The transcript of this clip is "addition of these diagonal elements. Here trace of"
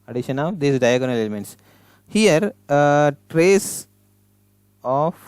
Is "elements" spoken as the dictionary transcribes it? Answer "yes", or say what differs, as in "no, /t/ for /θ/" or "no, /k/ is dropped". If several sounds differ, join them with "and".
yes